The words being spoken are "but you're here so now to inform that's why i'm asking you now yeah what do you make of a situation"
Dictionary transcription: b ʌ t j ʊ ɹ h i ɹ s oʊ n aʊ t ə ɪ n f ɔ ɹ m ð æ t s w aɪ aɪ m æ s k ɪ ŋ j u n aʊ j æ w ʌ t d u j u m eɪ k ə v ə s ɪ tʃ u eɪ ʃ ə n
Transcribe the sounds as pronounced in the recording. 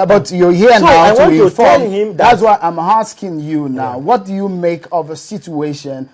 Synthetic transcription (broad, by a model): b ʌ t j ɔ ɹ h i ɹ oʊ n aʊ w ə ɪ f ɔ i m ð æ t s w aɪ aɪ m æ s k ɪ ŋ j u n aʊ w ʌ t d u j u m eɪ k ə v ə s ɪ tʃ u eɪ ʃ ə n